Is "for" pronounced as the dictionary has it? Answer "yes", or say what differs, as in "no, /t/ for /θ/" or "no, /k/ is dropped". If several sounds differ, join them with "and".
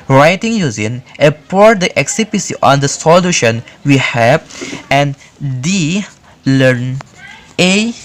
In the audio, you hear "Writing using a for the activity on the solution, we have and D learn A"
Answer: no, /p/ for /f/